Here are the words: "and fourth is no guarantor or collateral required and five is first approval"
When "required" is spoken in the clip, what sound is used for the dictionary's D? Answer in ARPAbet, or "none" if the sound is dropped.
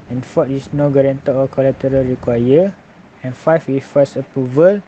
none